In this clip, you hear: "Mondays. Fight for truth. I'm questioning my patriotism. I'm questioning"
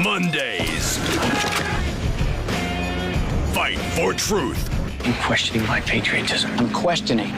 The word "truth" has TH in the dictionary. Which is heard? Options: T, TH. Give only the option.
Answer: TH